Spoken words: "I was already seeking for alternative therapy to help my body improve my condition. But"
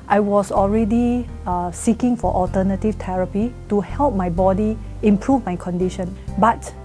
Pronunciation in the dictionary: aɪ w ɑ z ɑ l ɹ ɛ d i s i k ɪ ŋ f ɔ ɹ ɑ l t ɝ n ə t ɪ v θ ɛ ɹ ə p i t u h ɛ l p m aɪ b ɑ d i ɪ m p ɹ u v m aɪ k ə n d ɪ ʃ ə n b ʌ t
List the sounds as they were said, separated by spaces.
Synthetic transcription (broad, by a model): aɪ w ɑ s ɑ l ɹ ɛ d i s i k ɪ ŋ f ɔ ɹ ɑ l t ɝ n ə t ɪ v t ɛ ɹ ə p i t u h ɛ l p m aɪ b ɑ d i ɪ m p ɹ u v m aɪ k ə n d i ʃ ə n b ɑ t